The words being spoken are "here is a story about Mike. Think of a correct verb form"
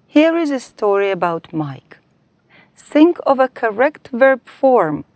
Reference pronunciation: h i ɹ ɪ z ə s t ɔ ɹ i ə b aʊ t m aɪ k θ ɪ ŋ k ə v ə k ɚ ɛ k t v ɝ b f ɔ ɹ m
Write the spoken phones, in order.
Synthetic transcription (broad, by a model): h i ɹ ɪ z ə s t ɔ ɹ i ə b aʊ t m aɪ k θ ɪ ŋ k ə v ə k ɚ ɛ k t v ɝ b f ɔ ɹ m